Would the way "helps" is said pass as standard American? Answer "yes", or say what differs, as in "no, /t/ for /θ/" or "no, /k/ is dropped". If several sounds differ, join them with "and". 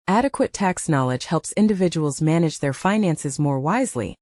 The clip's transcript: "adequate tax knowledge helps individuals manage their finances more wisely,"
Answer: yes